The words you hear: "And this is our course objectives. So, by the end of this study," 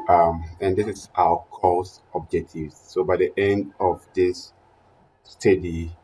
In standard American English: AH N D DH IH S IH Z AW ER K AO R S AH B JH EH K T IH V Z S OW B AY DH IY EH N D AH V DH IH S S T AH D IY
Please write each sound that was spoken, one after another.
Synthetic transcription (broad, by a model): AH N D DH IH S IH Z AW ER K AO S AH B JH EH K T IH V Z S OW B AY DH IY EH N D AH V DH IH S S T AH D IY